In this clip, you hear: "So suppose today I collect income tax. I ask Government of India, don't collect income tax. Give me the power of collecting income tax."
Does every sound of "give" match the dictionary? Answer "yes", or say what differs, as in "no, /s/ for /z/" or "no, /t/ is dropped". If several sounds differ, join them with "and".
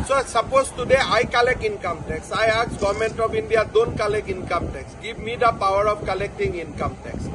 no, /b/ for /v/